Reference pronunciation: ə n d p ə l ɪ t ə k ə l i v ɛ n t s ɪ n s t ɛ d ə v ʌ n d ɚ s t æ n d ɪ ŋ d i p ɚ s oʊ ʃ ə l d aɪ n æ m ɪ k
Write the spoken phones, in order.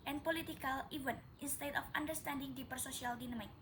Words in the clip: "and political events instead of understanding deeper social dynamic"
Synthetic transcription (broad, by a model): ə n p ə l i t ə k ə l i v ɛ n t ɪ n s t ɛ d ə f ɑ n d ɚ s t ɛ n d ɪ ŋ d i p ɚ s oʊ s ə l d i n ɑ m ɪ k